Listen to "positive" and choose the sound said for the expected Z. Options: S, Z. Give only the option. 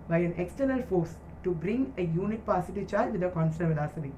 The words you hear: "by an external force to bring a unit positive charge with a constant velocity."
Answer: S